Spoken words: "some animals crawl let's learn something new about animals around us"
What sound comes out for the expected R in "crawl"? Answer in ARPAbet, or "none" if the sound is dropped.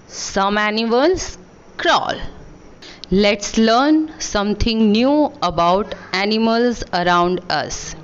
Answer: R